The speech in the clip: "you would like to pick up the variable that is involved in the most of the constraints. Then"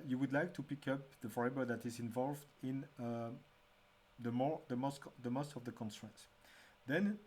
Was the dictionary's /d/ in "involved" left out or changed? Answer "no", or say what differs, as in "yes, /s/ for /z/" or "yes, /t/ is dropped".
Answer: no